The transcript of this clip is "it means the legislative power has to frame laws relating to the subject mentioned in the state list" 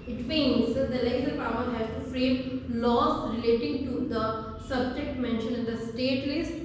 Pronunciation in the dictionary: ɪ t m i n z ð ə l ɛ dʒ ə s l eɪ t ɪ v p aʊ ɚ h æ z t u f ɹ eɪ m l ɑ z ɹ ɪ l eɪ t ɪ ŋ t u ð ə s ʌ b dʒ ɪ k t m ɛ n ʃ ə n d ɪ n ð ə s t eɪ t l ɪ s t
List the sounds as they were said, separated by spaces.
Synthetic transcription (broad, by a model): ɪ t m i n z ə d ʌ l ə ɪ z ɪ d p aʊ ɚ h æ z t u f ɹ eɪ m l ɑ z ɹ ɪ l eɪ t ɪ ŋ t u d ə s ʌ b dʒ ɪ k t m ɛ n ʃ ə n ɪ n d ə s t eɪ t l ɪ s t